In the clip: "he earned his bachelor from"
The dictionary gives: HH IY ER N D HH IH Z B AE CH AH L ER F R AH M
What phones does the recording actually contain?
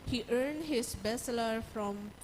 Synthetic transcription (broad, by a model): HH IY ER N D HH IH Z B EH S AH L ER F R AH M